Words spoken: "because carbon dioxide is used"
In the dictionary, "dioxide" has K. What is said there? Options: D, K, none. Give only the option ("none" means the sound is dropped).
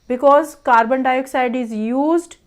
K